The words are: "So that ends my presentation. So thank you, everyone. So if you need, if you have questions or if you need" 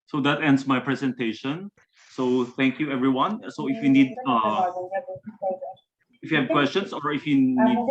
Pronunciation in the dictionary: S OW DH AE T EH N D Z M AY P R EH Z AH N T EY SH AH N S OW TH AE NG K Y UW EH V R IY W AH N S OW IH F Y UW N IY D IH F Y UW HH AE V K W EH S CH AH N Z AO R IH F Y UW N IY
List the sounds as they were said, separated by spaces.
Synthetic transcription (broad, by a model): S OW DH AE T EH N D S M AY P R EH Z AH N T EY SH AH N S OW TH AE NG K Y UW EH V R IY W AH N S OW IH F Y UW N IY D IH F Y UW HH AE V K W EH S CH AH N S AO R IH F Y UW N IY